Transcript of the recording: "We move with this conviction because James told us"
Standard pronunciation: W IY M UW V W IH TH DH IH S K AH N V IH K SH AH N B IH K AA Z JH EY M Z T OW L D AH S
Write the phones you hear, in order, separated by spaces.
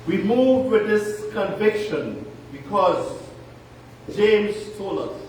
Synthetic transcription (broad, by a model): W IY M UW V W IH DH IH S K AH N V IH K SH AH N B IH K AA Z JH EY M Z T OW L AH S